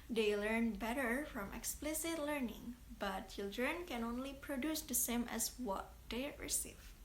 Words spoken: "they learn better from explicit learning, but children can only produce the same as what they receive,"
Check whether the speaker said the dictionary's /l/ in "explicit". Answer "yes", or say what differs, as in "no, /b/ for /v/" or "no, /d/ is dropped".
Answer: yes